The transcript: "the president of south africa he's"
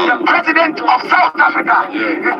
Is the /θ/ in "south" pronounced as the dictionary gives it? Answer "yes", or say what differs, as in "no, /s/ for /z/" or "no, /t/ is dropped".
no, /t/ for /θ/